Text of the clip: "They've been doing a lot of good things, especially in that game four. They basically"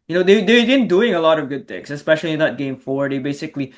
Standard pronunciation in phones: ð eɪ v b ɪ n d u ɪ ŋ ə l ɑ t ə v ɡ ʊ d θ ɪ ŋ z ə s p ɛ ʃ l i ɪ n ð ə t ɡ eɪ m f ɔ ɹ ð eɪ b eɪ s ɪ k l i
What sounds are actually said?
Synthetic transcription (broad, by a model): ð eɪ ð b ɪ n d u ɪ ŋ ə l ɑ t ə v ɡ ʊ d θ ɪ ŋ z ə s p ɛ ʃ l i ɪ n ð ə t ɡ eɪ m f ɔ ɹ ð eɪ b eɪ s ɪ k l i